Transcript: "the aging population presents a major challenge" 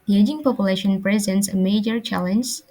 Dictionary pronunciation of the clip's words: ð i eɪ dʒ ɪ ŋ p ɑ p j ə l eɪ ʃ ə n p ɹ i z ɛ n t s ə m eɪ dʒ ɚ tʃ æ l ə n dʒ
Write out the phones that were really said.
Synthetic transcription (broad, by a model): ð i eɪ dʒ ɪ ŋ p ɑ p j ə l eɪ ʃ ə n p ɹ i z ɛ n t s ə m eɪ dʒ ɚ tʃ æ l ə n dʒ